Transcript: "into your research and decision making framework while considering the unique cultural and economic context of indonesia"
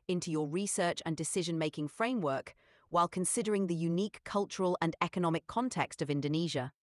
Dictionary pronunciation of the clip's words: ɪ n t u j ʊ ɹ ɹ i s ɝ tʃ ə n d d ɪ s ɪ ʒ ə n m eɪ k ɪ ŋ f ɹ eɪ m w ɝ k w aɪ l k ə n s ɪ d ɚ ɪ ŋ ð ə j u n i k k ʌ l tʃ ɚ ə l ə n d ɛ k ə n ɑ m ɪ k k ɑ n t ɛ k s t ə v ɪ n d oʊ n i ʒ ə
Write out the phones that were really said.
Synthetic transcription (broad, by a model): ɪ n t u j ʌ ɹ ɹ i s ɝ tʃ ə n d d ɪ s ɪ ʒ ə n m eɪ k ɪ ŋ f ɹ eɪ m w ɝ k w aɪ l k ə n s ɪ d ɚ ɪ ŋ ð ə j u n i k k ʌ l tʃ ɚ ə l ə n ɛ k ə n ɑ m ɪ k k ɑ n t ɛ k s t ə v ɪ n d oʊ n i ʒ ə